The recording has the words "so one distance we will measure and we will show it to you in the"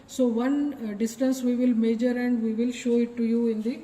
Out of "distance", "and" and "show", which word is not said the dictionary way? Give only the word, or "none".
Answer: none